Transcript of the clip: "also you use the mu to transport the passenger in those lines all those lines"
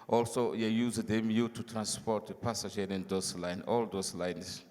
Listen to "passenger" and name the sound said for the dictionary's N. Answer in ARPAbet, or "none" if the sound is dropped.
none